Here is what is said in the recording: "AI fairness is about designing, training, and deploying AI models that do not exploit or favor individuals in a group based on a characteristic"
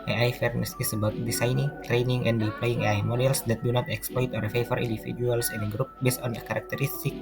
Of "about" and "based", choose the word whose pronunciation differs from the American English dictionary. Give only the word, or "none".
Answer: none